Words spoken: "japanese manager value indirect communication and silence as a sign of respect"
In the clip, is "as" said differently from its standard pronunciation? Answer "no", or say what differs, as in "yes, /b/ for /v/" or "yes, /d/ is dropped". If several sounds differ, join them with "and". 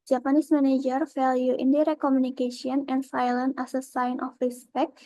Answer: yes, /s/ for /z/